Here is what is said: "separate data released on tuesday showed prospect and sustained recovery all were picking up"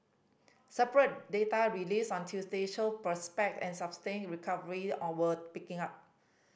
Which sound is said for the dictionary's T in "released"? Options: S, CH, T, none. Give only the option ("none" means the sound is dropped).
none